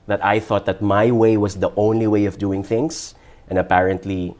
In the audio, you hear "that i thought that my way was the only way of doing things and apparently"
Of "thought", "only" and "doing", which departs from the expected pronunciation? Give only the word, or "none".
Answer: none